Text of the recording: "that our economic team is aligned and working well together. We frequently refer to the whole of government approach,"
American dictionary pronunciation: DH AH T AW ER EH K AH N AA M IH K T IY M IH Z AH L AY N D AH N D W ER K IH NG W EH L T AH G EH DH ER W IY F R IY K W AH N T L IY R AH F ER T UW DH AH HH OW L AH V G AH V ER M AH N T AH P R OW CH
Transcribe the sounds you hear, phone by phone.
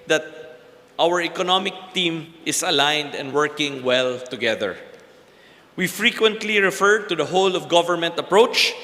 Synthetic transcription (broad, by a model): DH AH T AW ER EH K AH N AA M IH K T IY M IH S AH L AY N D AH N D W ER K IH NG W EH L T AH G EH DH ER W IY F R IY K W AH N T L IY R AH F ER T UW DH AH HH OW L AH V G AH V ER M AH N T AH P R OW CH